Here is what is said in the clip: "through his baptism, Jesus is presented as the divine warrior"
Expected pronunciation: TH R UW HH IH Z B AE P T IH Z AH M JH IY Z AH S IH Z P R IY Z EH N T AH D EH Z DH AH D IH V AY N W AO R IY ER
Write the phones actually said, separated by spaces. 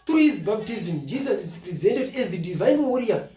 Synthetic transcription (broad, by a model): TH R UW HH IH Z B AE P T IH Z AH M JH IY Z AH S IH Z P R IY Z EH N T AH D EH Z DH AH D IH V AY N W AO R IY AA